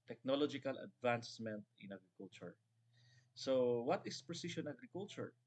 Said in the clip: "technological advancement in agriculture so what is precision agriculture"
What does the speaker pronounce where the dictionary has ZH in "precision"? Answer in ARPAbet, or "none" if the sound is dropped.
SH